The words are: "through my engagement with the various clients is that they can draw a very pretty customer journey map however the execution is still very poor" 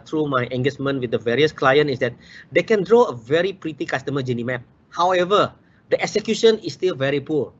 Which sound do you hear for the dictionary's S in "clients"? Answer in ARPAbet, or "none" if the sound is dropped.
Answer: none